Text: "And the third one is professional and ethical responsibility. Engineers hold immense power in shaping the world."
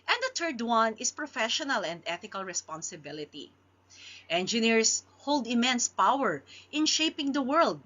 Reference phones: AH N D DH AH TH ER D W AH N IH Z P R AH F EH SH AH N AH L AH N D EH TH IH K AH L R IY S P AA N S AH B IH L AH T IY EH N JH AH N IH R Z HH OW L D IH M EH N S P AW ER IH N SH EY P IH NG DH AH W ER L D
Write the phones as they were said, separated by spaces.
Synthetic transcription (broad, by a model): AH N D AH T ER D W AH N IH S P R AH F EH SH AH N AH L AH N D EH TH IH K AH L R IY S P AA N S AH B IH L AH T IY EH N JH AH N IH R S HH OW L D IH M EH N S P AW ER IH N SH EY P IH NG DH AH W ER L D